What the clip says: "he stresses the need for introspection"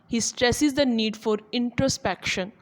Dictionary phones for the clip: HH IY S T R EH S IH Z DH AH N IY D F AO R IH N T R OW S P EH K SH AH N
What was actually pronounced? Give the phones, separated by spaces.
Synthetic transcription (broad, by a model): HH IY S T R EH S IH Z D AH N IY D F AO R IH N T R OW S P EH K SH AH N